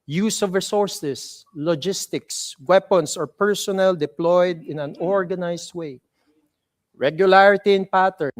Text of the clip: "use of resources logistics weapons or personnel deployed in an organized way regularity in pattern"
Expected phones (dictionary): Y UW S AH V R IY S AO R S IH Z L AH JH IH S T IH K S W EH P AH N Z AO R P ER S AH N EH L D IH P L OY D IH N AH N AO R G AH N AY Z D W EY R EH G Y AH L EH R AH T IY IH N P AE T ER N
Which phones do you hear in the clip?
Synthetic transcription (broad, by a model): Y UW S AH V R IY S AO R S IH S L AH JH IH S T IH K S W EH P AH N S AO R P ER S AH N EH L D IH P L OY D IH N AH N AO R G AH N AY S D W EY R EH G Y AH L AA R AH T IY IH N P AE T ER N